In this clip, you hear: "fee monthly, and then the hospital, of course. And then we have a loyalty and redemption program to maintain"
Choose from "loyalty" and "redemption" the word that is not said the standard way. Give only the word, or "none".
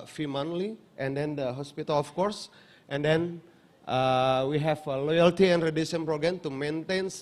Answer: redemption